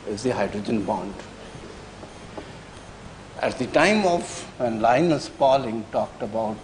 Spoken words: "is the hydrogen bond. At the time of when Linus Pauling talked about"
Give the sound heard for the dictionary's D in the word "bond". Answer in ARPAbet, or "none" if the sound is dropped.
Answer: D